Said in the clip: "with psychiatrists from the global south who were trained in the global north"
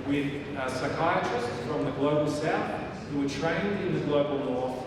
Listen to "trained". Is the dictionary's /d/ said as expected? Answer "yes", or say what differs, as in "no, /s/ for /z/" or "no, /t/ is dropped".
yes